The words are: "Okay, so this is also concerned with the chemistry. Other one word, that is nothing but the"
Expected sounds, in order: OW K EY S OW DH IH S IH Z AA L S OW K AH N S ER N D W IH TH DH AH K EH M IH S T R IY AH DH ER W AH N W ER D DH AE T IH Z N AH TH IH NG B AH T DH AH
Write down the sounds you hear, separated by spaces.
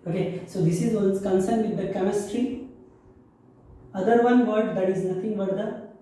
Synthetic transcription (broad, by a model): OW K EY S OW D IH S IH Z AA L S K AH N S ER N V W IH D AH K EH M IH S T R IY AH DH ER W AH N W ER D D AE T IH Z N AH T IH NG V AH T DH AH